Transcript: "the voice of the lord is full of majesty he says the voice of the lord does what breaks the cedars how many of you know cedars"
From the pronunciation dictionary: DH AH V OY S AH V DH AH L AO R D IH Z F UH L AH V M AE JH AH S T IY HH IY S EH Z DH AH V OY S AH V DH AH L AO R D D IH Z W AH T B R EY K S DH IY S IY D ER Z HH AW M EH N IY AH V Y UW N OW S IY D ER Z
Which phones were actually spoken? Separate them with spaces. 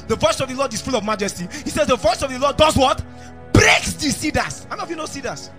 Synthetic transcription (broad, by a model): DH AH V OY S AH V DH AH L AO D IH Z F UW L AH V M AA JH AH S T IY HH IY S EH Z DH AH V OY S AH V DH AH L AO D D IH Z W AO T B R EY K S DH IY S IY D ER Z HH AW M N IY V Y UW N OW S IY D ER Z